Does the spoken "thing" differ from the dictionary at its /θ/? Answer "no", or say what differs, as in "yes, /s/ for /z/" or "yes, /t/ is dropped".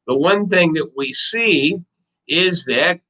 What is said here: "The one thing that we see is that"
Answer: no